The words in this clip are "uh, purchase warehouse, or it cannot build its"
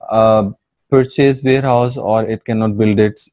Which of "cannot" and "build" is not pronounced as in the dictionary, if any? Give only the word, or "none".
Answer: none